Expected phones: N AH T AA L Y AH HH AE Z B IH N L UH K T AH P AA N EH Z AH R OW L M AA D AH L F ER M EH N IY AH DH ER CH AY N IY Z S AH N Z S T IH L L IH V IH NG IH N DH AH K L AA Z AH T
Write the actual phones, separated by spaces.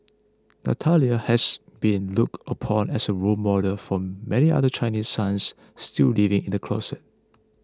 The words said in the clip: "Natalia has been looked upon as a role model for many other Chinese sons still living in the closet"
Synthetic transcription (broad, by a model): N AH T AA L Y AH HH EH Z B IH N L UH K T AH P AA N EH S AH R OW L M AA D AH F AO M EH N IY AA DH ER CH AY N IY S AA N S T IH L L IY V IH NG IH N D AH K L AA S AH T